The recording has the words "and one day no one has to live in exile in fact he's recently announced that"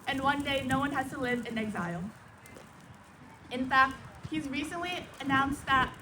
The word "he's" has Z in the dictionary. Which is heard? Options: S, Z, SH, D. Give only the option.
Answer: Z